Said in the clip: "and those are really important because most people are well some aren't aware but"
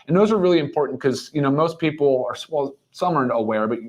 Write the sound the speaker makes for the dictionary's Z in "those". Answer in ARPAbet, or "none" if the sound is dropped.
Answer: Z